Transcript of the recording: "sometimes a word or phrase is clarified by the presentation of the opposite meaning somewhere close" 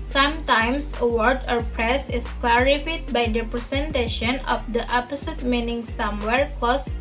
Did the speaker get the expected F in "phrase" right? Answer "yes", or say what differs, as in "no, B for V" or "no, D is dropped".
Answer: no, P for F